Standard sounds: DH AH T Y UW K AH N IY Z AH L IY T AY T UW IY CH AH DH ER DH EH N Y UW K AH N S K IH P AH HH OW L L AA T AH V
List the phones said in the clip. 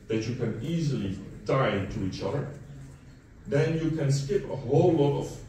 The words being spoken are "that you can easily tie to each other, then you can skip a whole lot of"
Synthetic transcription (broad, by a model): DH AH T Y UW K AH N IY Z AH L IY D AY T UW IY CH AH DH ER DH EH N Y UW K AH N S K IH P AH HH OW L L AA T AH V